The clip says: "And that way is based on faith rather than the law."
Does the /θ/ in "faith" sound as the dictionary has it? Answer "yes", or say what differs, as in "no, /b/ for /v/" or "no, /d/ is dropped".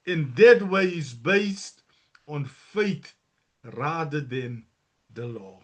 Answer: no, /t/ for /θ/